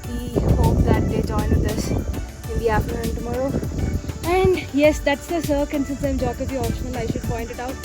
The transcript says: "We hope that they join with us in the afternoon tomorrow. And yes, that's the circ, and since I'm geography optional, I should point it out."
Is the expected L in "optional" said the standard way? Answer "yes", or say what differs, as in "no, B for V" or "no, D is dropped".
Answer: no, N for L